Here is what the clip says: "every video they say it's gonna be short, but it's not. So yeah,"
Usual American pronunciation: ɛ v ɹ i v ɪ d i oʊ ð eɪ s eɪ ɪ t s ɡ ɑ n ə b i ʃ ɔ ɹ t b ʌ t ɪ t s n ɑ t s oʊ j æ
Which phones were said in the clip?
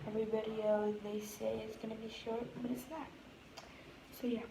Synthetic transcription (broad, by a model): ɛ v ɹ i b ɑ d i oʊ ð eɪ s eɪ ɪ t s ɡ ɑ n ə b i ʃ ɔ ɹ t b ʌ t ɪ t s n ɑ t s oʊ j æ